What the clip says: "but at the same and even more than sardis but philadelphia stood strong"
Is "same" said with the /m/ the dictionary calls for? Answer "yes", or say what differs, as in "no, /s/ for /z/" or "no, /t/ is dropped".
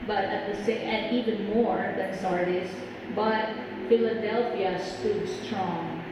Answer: no, /m/ is dropped